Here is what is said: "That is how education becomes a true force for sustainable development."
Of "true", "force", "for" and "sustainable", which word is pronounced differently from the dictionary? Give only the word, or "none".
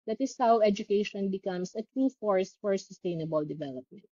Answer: none